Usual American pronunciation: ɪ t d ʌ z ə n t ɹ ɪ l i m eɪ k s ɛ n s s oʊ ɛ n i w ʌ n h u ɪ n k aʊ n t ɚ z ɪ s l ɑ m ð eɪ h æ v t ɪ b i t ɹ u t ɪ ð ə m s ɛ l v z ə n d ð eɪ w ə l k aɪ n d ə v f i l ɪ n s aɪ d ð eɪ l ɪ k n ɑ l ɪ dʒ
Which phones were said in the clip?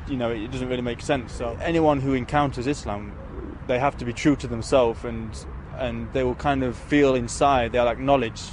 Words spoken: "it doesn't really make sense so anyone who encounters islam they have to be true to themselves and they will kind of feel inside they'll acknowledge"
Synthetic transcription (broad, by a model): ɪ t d ʌ z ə n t ɹ ɪ l i m eɪ k s ɛ n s s oʊ ɛ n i w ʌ n h u ɪ n k aʊ n t ɚ z ɪ s l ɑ m ð eɪ h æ f t ɪ b i t ɹ u t ɪ ð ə m s ɛ l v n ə n ð eɪ w ə l k aɪ n d ə v f i l ɪ n s aɪ d ð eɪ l ɪ k n ɑ l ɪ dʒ